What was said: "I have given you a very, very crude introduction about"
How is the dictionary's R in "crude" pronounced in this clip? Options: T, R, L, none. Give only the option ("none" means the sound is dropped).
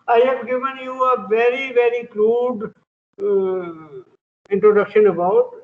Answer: L